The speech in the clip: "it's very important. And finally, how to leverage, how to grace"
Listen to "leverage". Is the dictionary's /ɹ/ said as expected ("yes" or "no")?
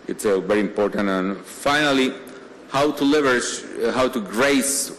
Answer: no